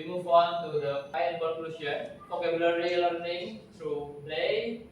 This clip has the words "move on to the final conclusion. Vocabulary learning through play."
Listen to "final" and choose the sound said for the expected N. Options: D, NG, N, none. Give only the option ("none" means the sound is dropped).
none